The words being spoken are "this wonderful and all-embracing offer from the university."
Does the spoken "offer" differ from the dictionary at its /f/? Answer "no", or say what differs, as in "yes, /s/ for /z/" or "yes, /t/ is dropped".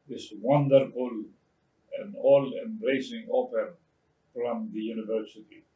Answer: yes, /p/ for /f/